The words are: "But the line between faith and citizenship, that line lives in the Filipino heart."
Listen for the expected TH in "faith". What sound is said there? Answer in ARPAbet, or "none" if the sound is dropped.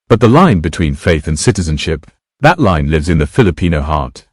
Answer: TH